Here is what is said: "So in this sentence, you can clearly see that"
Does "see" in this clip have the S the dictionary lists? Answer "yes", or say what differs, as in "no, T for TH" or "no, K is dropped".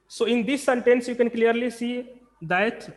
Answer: yes